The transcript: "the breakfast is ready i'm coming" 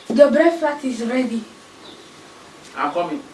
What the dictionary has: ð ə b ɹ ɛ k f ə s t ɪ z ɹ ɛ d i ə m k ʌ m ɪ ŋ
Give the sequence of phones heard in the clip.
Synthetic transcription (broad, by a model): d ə b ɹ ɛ f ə t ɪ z ɹ ɛ d i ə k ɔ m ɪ